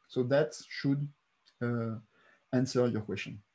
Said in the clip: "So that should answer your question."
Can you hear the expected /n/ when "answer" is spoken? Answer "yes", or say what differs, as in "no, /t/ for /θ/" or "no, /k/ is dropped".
yes